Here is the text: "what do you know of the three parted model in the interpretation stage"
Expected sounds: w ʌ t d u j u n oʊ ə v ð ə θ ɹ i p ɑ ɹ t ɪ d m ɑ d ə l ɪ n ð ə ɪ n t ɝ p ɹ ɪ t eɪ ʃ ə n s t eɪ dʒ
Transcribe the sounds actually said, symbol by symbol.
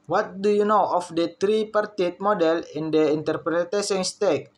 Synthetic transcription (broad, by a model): w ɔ t d u j u n oʊ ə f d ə t ɹ i p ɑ ɹ t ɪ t m ɑ d ə l ɪ n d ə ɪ n t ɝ p ɹ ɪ t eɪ s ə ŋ s t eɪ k